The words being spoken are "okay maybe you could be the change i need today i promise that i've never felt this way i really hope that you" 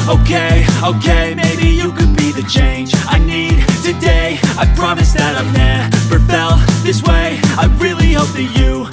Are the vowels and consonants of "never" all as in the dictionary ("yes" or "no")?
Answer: no